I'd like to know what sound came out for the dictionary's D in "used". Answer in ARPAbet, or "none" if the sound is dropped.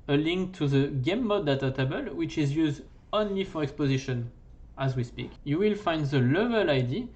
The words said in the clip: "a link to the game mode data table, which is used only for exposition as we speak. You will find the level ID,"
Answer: D